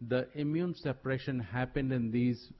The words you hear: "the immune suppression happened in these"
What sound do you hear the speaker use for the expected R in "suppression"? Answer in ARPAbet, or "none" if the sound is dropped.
R